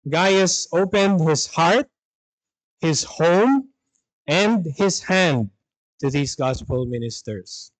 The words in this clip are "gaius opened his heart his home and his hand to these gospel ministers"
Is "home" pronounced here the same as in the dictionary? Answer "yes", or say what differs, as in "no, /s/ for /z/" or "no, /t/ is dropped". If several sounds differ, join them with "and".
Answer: yes